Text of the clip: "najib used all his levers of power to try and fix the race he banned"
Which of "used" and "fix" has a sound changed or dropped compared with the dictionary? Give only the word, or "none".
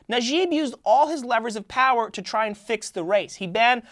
none